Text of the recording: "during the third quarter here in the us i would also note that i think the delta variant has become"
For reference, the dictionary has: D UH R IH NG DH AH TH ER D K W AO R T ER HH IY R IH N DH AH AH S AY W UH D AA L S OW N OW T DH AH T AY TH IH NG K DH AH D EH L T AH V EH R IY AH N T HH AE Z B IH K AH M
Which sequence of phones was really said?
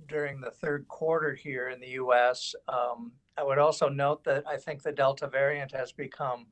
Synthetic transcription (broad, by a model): D UH R IH NG DH AH TH ER D K W AO R T ER HH IY R IH N DH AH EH S AY W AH D AA L S OW N OW T DH AH T AY TH IH NG K DH AH D EH L T AH V EH R IY AH N T HH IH Z B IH K AH M